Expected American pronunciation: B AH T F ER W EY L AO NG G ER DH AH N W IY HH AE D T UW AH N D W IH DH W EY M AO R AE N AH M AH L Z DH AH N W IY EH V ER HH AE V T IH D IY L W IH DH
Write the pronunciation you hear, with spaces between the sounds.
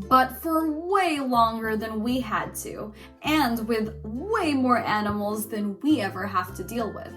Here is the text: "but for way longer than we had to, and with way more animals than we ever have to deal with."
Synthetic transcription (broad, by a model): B AH T F ER W EY L AO NG G ER DH AH N W IY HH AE D T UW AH N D W IH DH W EY M AO R AE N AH M L Z DH AH N W IY EH V ER HH AE F T IH D IY L W IH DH